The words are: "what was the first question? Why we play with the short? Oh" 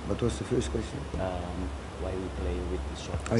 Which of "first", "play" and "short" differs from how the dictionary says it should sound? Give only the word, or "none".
short